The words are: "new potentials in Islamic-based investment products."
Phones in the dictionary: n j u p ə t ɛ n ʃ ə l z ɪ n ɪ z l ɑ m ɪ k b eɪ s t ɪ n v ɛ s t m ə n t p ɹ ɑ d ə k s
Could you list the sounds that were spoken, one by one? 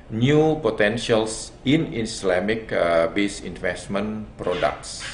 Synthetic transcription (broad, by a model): n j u p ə t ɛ n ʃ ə l s ɪ n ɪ s l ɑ m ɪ k b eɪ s ɪ n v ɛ s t m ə n p ɹ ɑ d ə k s